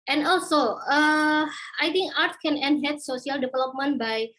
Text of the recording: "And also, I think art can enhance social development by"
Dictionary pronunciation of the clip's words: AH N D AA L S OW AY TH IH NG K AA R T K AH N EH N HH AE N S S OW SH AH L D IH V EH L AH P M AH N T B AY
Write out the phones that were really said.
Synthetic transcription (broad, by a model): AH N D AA L S OW AY T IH NG K AA R T K AH N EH N HH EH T S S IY AH L D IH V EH L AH P M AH N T B AY